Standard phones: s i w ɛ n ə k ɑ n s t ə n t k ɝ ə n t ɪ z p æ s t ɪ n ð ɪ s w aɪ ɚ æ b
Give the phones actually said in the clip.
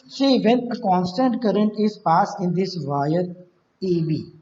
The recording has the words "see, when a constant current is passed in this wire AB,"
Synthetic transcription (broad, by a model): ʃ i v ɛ n ə k ɑ n s t ə n t k ɝ ə n t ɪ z p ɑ s ɪ n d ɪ s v aɪ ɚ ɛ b